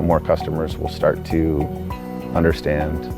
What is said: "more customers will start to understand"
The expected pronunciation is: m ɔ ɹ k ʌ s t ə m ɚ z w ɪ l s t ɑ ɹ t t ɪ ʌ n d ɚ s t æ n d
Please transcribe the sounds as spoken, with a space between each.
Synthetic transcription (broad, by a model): m ɔ ɹ k ʌ s t ə m ɚ z w ɪ l s t ɑ ɹ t t ɪ ʌ n d ɚ s t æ n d